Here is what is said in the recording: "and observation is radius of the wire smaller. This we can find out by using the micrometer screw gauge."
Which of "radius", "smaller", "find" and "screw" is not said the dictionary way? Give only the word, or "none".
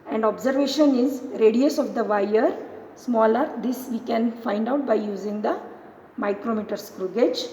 none